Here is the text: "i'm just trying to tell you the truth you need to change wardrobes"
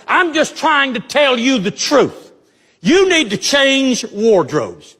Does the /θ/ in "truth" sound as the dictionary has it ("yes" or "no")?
yes